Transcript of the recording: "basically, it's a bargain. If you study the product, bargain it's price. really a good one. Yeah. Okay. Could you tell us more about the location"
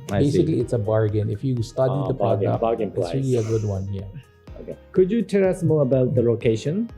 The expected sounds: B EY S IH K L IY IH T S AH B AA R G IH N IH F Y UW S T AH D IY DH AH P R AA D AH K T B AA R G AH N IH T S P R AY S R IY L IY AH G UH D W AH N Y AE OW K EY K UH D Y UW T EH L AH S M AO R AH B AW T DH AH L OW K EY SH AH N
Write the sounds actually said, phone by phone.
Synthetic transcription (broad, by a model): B EY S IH K L IY IH T S AH B AA R G IH N IH F Y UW S T AH D IY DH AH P AA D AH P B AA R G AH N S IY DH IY IY AH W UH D W AH N Y AE OW K EY K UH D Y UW T EH L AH S M AO R AH B AW T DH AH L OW K EY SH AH N